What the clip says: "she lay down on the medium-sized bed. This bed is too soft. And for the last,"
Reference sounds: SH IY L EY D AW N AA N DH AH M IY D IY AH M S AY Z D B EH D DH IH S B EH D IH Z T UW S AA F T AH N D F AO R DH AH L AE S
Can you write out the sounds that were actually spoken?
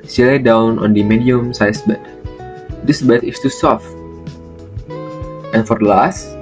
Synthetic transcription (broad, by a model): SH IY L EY D AW N AA N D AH M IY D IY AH M S AY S B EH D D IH S B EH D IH S T UW S AA F T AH N F AO R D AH L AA S